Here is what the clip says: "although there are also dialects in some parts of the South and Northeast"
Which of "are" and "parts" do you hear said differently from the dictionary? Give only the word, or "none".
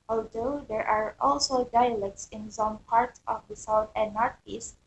parts